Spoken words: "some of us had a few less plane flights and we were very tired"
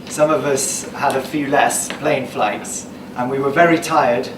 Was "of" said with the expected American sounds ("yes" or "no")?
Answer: yes